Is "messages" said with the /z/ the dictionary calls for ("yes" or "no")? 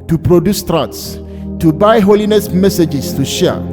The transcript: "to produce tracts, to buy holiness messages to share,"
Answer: no